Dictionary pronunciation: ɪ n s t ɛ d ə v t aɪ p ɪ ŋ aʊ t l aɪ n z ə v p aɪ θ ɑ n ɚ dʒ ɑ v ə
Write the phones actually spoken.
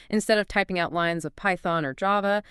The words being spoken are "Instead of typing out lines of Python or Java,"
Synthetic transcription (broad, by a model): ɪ n s t ɛ d ə v t aɪ p ɪ ŋ aʊ t l aɪ n z ə v p aɪ θ ɑ n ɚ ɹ ɑ v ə